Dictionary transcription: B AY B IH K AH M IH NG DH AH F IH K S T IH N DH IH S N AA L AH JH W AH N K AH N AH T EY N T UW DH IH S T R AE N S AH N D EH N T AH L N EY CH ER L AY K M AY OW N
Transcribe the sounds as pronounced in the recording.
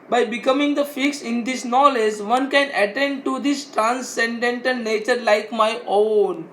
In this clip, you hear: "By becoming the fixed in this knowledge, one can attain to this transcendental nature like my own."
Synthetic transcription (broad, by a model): B AY B IH K AH M IH NG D AH F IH K S IH N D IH S N AA L AH JH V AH N K AH N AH T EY N T UW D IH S T R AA N S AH N D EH N T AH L N EY CH ER L AY K M AY OW N